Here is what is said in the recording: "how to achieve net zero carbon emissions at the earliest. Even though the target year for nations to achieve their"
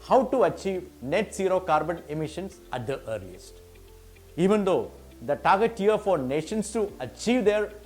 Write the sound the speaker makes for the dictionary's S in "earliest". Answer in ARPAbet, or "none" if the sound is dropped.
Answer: S